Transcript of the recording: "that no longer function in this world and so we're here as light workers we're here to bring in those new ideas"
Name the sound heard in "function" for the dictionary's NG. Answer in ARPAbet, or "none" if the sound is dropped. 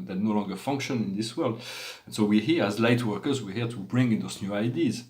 NG